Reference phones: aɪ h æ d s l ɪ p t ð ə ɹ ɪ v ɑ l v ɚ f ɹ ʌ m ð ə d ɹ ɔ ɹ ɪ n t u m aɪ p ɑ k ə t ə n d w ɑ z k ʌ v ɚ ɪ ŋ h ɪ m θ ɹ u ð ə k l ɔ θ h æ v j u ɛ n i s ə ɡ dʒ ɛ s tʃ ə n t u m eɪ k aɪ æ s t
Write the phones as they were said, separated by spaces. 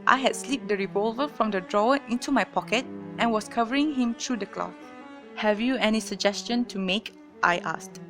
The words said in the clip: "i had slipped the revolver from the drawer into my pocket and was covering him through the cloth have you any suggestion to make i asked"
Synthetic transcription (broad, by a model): aɪ h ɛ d s l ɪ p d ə ɹ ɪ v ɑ l v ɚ f ɹ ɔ m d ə d ɹ ɔ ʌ ɪ n t u m aɪ p ɑ k ə t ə n w ɑ s k ʌ v ɚ ɪ ŋ h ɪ m t ɹ u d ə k l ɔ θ h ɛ v j u ɛ n i s ə ɡ dʒ ɛ s tʃ ə n t u m eɪ k aɪ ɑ s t